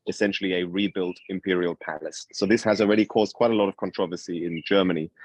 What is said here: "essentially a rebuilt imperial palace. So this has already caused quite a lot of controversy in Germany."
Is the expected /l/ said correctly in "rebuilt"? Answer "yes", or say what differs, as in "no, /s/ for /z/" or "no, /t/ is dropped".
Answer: yes